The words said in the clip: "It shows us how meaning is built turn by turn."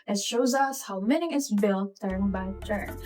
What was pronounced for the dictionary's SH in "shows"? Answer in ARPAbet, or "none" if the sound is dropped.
SH